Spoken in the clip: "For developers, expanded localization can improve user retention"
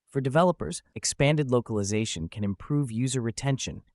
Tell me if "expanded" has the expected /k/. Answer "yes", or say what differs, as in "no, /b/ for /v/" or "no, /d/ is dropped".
yes